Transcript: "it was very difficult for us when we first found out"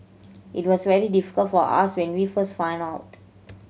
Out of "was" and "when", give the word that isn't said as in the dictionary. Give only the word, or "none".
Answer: was